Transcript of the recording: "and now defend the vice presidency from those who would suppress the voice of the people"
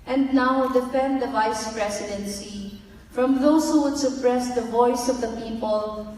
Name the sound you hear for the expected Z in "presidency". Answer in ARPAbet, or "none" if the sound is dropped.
S